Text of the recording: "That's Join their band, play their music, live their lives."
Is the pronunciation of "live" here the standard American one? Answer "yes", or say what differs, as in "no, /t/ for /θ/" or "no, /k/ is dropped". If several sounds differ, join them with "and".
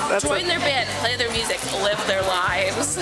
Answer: yes